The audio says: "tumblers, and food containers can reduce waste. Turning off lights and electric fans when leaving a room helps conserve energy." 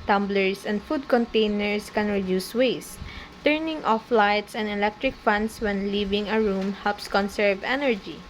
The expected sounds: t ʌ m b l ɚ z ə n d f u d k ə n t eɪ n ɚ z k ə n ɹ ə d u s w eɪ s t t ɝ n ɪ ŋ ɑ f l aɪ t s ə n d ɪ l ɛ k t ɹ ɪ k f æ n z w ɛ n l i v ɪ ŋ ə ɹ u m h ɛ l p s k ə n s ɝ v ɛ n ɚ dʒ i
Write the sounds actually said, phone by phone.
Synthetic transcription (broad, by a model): t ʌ m b l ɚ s ə n d f u d k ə n t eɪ n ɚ s k ə n ɹ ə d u s w eɪ s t t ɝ n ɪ ŋ ɑ f l aɪ t s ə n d ɪ l ɛ k t ɹ ɪ k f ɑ n s w ɛ n l i v ɪ ŋ ə ɹ u m h ɛ l p s k ə n s ɝ v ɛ n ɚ dʒ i